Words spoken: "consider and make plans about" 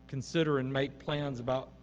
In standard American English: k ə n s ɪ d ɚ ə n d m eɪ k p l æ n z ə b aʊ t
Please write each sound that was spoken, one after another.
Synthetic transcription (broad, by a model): k n s ɪ d ɚ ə n m eɪ k p l æ n z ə b aʊ t